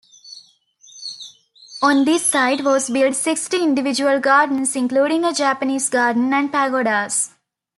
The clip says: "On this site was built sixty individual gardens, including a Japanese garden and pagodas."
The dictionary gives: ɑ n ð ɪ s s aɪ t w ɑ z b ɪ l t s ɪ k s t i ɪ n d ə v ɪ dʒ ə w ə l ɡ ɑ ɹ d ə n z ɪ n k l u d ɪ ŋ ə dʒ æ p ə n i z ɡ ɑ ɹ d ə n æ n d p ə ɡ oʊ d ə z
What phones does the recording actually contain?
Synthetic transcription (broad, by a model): ɑ n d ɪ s s aɪ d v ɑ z b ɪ l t s ɪ k s t i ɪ n d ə v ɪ dʒ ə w ə l ɡ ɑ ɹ d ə n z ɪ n k l u d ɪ ŋ ə dʒ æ p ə n i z ɡ ɑ ɹ d ə n æ n d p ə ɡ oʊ d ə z